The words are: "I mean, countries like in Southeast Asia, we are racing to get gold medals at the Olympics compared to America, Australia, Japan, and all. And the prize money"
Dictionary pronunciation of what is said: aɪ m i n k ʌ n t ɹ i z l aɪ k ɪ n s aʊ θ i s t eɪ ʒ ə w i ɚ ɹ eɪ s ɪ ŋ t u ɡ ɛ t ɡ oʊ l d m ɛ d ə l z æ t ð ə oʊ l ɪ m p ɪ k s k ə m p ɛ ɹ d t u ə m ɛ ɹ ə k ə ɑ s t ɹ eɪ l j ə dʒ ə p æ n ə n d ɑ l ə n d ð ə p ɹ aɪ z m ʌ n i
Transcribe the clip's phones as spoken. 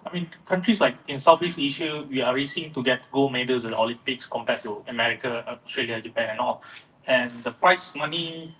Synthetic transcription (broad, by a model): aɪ m i n k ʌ n t ɹ i s l aɪ k ɪ n s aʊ f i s eɪ ʃ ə w i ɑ ɹ eɪ s ɪ ŋ t u ɡ ɛ t ɡ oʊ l m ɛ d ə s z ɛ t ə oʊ l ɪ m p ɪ k s k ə m p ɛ t u ə m ɛ ɹ ə k ə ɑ s t ɹ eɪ l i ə dʒ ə p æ n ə n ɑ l ə n d ə p ɹ aɪ s m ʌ n i